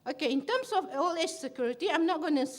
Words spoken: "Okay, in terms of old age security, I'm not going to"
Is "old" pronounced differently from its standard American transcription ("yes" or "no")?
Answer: yes